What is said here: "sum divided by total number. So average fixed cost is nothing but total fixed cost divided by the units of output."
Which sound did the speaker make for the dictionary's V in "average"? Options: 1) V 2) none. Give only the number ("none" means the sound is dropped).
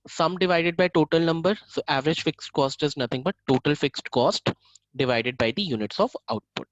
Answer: 1